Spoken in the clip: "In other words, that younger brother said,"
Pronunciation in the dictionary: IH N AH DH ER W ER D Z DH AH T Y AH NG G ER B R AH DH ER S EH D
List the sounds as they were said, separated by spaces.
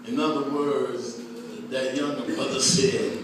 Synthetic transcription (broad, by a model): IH N AH DH ER W ER D Z DH AH T Y AH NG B AH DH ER S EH